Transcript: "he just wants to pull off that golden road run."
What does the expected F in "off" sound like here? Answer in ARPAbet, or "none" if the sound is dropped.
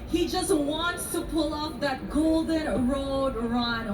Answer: P